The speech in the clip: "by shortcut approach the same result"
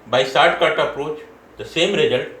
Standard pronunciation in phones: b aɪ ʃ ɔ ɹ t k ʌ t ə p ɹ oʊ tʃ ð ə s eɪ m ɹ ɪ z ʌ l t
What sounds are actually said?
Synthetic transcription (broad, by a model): b aɪ s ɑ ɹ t k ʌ t ə p ɹ oʊ tʃ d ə s eɪ m ɹ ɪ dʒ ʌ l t